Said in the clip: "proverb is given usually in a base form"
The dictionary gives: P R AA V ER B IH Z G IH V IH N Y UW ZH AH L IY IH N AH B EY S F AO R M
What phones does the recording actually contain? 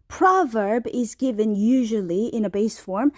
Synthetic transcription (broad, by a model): P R AA V ER B IH Z G IH V IH N Y UW ZH AH L IY IH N AH B EY S F AO R M